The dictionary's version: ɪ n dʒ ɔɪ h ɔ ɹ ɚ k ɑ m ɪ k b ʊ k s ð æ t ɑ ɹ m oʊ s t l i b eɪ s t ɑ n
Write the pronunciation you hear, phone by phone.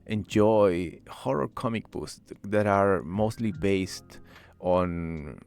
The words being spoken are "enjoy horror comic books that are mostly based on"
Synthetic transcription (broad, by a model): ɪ n dʒ ɔɪ h ɔ ɹ ɚ k ɑ m ɪ k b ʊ s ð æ t ɑ ɹ m oʊ s t l i b eɪ s t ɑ n